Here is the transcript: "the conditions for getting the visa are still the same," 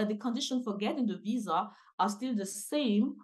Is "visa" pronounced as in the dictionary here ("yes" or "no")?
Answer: yes